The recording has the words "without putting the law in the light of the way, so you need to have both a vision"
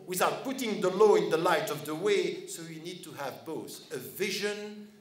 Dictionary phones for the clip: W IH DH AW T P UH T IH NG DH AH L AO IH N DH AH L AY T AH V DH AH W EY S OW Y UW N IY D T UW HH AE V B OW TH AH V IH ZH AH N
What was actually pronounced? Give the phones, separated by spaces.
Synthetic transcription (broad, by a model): W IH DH AW T P UH T IH NG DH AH L AO IH N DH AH L AY T AH V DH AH W EY S OW Y UW N IY D T UW HH AE V B OW TH AH V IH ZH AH N